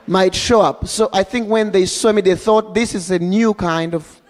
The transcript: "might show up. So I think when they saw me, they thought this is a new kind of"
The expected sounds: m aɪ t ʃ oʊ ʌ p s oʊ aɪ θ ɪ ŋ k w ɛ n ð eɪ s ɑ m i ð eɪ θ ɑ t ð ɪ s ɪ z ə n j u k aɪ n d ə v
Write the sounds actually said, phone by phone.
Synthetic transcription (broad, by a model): m aɪ t ʃ oʊ ʌ p s oʊ aɪ θ ɪ ŋ k w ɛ n ð eɪ s ɑ m i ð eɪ θ ɑ t ð ɪ s ɪ z ə n j u k aɪ n d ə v